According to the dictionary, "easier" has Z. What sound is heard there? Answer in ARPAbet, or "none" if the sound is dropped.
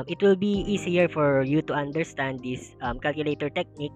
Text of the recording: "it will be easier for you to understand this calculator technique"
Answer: S